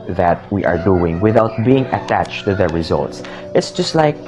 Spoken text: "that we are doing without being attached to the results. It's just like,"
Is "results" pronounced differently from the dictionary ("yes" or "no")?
no